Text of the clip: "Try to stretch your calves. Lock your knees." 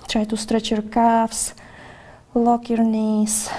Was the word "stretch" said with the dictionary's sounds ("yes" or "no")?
yes